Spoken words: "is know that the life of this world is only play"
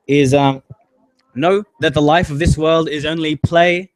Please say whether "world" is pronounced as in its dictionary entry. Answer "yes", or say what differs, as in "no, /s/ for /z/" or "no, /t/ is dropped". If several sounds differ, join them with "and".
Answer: yes